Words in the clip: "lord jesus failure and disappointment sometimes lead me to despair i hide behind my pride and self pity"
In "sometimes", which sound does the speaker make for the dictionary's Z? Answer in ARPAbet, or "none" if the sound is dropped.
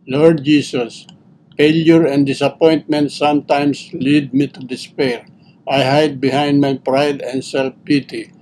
S